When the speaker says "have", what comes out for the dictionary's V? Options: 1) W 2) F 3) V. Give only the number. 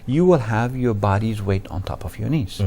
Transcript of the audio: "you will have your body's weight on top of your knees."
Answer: 3